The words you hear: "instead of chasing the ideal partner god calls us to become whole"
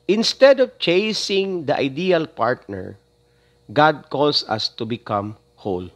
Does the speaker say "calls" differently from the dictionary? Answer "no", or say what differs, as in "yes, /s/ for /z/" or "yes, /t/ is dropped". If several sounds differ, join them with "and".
yes, /s/ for /z/